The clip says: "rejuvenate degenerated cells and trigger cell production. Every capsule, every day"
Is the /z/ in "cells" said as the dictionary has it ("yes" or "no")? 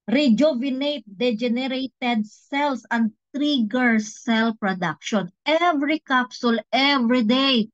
no